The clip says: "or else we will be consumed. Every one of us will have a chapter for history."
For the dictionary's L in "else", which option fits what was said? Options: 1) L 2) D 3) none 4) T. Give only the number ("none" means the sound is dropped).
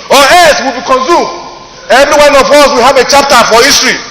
3